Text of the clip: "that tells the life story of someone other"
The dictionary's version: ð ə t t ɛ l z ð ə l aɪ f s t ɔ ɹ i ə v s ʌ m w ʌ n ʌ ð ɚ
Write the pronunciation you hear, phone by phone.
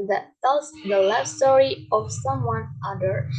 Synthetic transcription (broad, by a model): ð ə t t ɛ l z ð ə l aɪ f s t ɔ ɹ i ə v s ʌ m w ʌ n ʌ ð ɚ